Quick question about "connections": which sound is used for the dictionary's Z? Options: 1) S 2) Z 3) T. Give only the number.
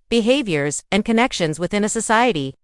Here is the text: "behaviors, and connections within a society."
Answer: 2